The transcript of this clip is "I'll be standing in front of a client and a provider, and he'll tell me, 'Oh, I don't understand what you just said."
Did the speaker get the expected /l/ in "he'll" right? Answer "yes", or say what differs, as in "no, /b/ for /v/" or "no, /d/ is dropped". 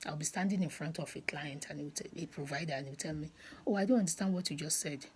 no, /w/ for /l/